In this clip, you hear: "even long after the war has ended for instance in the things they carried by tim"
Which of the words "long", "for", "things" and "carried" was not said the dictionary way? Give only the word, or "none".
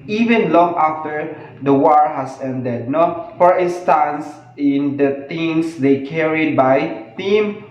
things